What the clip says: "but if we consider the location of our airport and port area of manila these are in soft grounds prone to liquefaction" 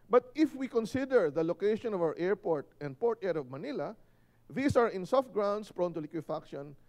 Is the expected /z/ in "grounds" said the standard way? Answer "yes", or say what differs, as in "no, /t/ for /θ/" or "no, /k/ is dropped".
no, /s/ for /z/